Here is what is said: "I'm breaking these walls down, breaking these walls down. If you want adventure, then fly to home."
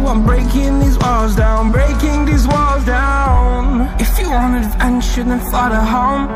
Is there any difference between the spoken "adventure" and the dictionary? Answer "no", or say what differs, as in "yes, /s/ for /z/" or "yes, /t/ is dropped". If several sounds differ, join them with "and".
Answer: yes, /ʃ/ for /tʃ/